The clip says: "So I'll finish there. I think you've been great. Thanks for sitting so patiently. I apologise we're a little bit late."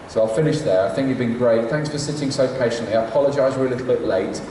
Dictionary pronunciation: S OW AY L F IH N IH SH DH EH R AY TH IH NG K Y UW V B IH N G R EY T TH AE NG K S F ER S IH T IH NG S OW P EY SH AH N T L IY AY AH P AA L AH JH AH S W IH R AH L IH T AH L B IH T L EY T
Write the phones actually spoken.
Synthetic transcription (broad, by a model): S OW AY L F IH N IH SH DH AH R AY TH IH NG K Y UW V B IH N G R EY T TH AE NG K S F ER S IH T IH NG S OW P EY SH AH N T L IY AY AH P AA L AH JH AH IH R AH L IH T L B IH T L EY T